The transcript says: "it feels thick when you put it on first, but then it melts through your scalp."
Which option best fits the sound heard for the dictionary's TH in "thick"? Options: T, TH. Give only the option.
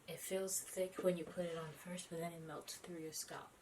TH